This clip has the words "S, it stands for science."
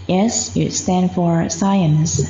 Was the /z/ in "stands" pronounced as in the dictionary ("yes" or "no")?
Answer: no